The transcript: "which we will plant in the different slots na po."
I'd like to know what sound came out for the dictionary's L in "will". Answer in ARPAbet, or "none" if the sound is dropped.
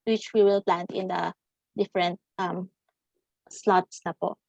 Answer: L